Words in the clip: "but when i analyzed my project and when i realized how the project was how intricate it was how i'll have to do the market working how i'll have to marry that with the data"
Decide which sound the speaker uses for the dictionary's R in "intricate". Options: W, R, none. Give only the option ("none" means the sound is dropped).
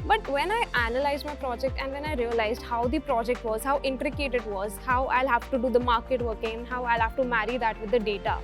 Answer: R